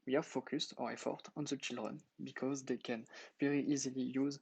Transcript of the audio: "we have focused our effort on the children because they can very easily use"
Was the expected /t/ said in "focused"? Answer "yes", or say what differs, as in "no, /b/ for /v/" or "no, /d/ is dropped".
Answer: yes